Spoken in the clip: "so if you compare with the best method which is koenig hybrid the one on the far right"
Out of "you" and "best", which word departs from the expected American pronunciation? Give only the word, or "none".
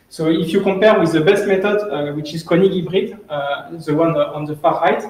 none